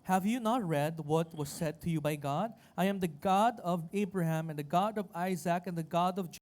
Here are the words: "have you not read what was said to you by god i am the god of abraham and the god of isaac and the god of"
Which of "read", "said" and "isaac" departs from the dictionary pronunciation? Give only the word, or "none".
none